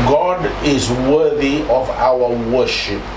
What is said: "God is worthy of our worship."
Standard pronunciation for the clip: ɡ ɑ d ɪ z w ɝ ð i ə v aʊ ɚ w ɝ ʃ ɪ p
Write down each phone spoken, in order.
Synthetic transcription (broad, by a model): ɡ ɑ d ɪ z w ɝ ð i ə v aʊ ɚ w ɝ ʃ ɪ p